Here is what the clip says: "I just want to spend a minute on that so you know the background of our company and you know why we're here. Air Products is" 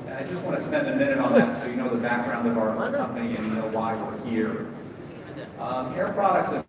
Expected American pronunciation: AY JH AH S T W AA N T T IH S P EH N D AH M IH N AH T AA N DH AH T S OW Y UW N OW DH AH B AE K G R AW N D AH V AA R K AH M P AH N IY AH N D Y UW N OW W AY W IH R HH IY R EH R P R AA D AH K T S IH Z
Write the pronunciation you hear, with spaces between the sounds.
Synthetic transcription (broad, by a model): AY JH AH S T W AA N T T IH S P EH N D AH M IH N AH T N DH AH T S OW Y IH N OW DH AH B AE K G R AW N D AH V AA R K AH M P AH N IY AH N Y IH N OW W AY W IH R HH IY R EH R P R AA D AH K T S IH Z